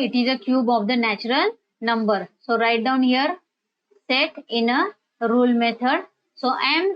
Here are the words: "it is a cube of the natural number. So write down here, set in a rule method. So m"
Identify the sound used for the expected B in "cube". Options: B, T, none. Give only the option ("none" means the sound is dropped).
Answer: B